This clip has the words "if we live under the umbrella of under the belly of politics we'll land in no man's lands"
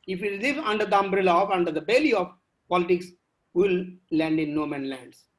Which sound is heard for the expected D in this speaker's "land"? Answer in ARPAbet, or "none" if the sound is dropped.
D